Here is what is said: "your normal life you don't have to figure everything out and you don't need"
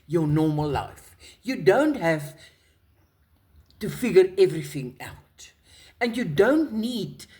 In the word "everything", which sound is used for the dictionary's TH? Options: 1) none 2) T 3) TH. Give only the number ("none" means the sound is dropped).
3